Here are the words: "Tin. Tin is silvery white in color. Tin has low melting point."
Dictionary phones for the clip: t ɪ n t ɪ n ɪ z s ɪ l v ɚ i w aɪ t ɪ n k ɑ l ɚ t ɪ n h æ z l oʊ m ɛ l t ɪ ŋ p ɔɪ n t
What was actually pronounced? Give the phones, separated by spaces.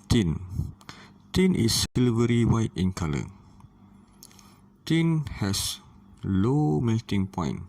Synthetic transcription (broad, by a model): t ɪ n t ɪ n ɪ s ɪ l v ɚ i w aɪ t ɪ n k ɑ l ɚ t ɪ n h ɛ s l oʊ m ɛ t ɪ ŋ p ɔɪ n